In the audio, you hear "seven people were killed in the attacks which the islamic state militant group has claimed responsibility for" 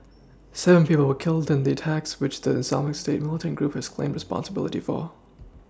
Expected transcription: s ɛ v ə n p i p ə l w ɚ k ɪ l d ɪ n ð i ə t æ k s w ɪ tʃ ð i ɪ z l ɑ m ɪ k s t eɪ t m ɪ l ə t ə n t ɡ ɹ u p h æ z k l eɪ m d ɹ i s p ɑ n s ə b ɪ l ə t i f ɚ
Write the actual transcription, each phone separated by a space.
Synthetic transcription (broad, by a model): s ɛ v ə n p i p l w ɚ k ɪ l d ɪ n ð i ə t æ k s w ɪ tʃ ð i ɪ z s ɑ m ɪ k s t eɪ t m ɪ l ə t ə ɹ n ɡ ɹ u p h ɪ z k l eɪ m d ɹ i s p ɑ n s ə b ɪ l ə t i f ɚ